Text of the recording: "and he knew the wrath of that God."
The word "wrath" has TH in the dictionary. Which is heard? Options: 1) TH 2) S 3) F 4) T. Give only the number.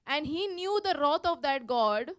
4